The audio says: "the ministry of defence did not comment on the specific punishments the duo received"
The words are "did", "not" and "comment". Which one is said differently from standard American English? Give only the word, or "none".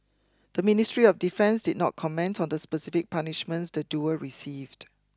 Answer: none